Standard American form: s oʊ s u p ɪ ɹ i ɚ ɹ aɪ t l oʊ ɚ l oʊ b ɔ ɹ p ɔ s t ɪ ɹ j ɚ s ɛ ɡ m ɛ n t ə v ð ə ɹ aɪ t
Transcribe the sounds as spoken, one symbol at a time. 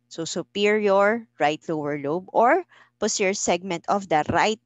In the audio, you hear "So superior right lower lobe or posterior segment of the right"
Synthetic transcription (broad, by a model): s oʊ s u p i ɹ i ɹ ɹ aɪ t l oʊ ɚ l oʊ b ɔ ɹ p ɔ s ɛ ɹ s ɛ ɡ m ɛ n t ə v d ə ɹ aɪ t